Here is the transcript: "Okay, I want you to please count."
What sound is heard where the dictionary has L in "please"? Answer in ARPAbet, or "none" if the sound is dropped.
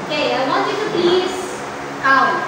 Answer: none